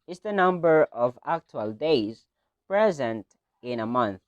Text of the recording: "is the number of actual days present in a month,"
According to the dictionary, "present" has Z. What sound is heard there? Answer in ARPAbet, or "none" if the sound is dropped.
Z